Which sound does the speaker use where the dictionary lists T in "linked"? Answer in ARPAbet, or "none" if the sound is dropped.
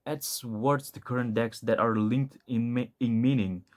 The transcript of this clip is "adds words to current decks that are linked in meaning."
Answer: T